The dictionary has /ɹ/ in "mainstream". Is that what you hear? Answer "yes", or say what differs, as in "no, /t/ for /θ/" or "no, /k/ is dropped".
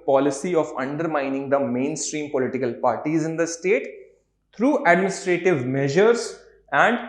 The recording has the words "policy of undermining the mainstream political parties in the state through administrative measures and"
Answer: yes